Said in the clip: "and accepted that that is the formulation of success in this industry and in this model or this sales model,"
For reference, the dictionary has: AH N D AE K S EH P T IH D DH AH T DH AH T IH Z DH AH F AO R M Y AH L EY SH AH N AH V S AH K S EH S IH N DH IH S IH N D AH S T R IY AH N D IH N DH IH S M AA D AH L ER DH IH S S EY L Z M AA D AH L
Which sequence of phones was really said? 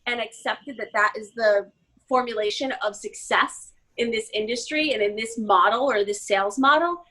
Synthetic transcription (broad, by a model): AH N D AE K S EH P T IH D DH AH T DH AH T IH Z DH AH F AO R M Y AH L EY SH AH N AH V S AH K S EH S IH N DH IH S IH N D AH S T R IY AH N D IH N DH IH S M AA D L ER DH IH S S EY L Z M AA D L